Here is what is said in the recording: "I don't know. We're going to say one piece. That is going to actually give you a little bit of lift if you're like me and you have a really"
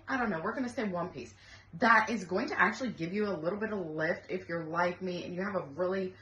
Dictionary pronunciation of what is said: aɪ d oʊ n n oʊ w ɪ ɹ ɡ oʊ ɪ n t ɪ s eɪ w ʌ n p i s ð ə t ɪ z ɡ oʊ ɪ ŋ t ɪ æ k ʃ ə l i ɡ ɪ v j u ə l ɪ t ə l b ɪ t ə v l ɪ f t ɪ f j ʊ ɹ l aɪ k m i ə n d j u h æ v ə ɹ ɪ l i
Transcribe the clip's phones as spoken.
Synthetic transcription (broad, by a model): aɪ d oʊ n n oʊ w ɪ ɹ ɡ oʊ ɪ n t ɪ s eɪ w ʌ n p i s ð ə t ɪ z ɡ oʊ ɪ ŋ t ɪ æ k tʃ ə l i ɡ ɪ v j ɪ ə l ɪ t l b ɪ t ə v l ɪ f t ɪ f j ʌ ɹ l aɪ k m i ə n j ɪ v ə ɹ ɪ l i